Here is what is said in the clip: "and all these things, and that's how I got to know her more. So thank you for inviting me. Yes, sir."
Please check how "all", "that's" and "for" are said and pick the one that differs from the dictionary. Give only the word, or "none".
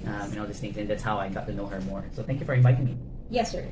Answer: all